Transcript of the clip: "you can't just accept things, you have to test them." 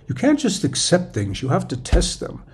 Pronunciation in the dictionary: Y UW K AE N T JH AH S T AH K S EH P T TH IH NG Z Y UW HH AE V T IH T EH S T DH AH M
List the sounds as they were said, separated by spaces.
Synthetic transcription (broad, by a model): Y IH K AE N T JH AH S T AH K S EH P T TH IH NG Z Y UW HH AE F T IH T EH S T DH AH M